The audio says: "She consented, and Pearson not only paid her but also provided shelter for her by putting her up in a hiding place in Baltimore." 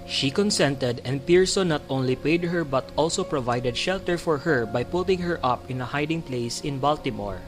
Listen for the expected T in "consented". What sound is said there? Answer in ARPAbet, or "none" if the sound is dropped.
T